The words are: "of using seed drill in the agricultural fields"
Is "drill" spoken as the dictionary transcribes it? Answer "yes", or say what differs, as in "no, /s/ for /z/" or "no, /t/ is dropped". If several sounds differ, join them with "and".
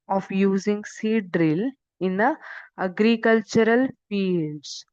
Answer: yes